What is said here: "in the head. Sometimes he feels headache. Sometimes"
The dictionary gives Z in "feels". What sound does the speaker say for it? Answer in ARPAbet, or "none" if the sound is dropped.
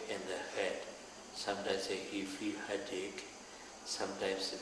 none